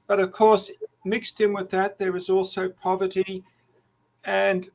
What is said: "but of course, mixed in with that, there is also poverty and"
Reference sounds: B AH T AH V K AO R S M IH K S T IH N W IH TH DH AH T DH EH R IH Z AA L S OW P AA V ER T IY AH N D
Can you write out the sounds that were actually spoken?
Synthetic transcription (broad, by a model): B AH T AH V K AO R S M IH K S T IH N W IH DH AH T DH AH R IH Z AA L S OW P AA V ER T IY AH N